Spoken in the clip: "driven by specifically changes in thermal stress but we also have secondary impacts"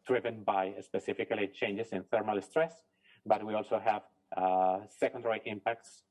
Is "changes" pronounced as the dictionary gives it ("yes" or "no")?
no